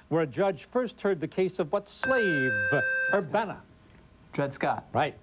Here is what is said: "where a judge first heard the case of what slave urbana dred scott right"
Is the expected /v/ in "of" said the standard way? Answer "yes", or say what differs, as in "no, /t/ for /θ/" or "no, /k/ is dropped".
yes